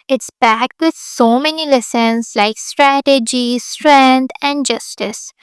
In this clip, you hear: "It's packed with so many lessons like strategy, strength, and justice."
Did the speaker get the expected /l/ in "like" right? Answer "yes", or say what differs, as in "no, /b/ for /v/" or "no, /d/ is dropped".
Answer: yes